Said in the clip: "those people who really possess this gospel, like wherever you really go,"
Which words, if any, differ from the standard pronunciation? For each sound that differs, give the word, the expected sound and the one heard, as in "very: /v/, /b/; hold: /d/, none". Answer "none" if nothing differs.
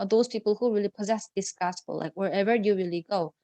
none